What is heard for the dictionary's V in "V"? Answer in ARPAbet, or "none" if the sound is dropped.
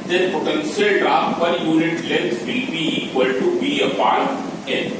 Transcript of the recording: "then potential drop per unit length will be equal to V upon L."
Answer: B